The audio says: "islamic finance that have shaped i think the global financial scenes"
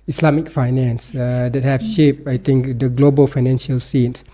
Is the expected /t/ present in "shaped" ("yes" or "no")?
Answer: no